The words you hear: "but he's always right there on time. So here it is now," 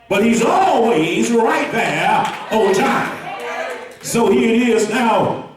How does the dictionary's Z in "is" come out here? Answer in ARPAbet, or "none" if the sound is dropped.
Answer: Z